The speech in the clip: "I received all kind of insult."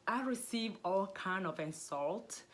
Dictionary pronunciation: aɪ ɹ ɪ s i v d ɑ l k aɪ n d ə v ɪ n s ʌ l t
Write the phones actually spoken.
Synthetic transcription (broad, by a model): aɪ ɹ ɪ s i v ɑ l k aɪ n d ə v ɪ n s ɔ l t